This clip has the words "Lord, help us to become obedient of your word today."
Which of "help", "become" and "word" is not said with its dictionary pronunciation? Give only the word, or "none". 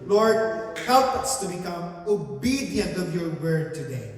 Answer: help